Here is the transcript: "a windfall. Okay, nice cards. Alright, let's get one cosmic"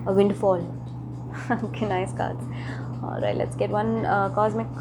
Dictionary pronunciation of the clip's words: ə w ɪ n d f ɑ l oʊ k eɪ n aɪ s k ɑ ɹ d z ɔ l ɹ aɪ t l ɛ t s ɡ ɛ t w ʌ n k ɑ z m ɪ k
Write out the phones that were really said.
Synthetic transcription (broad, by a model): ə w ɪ n d f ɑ l oʊ k eɪ n aɪ s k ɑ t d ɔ ɹ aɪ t l ɛ t s ɡ ɛ t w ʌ n k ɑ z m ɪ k